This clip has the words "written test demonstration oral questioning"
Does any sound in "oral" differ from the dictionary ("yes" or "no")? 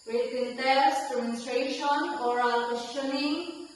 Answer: no